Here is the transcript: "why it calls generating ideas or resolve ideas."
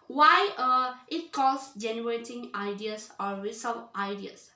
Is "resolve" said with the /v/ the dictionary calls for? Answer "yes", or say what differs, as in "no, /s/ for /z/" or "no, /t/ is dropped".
no, /v/ is dropped